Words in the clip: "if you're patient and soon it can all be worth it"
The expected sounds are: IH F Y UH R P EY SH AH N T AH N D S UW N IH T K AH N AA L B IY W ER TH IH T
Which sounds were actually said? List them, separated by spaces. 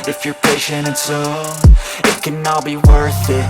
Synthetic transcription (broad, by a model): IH F Y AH R P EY SH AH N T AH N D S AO IH T K AH N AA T B IY W ER TH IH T